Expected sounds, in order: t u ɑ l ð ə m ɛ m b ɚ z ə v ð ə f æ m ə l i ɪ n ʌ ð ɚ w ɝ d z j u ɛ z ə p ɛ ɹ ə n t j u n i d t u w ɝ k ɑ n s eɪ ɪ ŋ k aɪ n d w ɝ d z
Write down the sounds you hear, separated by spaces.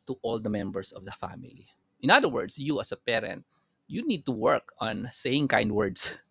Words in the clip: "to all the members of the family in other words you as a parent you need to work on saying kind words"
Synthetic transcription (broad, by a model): t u ɑ l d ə m ɛ m b ɚ s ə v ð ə f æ m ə l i ɪ n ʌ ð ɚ w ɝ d s j u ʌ s ə p ɛ ɹ ə n t j u n i d t u w ɝ k ɑ n s eɪ ɪ ŋ k aɪ n d w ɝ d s